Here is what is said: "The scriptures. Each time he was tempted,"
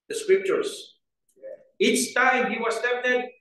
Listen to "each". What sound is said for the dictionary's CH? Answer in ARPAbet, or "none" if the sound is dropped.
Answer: S